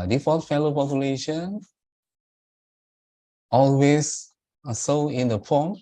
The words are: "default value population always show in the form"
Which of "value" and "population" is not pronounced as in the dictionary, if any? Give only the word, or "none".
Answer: value